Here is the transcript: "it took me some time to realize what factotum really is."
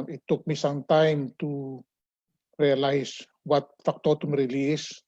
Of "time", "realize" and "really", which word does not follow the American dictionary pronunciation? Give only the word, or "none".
realize